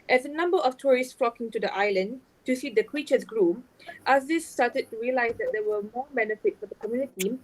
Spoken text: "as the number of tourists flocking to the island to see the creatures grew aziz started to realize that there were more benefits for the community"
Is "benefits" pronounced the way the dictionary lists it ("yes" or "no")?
no